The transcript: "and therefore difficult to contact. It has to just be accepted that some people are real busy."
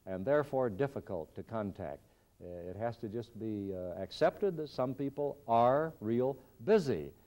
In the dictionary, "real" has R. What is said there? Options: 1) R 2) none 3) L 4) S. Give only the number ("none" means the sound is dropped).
1